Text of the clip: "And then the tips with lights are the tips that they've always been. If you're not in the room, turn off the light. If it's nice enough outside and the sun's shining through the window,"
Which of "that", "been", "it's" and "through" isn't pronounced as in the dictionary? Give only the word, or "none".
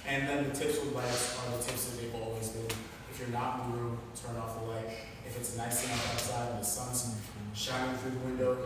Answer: none